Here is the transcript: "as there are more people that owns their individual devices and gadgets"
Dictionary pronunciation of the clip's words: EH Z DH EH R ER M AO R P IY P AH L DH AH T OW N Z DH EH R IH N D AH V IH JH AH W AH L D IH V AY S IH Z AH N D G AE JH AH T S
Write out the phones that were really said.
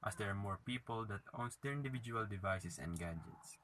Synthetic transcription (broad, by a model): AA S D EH R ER M AO R P IY P AH L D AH T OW N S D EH R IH N D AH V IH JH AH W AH L D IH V AY S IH S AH N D G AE JH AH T S